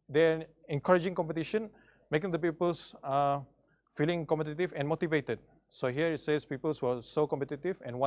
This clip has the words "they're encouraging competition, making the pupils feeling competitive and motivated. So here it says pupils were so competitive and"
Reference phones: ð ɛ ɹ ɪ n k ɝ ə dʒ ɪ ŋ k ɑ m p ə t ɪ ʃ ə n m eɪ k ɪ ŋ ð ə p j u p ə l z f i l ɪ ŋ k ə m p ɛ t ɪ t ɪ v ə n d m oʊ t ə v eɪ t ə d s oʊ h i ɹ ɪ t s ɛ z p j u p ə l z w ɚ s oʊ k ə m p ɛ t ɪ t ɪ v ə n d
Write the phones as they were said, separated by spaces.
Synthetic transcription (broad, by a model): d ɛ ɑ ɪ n k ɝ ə dʒ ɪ ŋ k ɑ m p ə t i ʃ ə n m eɪ k ɪ ŋ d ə p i p ə l s f i l ɪ ŋ k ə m p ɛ t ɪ t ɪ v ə n m oʊ t ə v eɪ t ə d s oʊ h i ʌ ɪ t s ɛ s p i p ə l s w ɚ s oʊ k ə m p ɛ t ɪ t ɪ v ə n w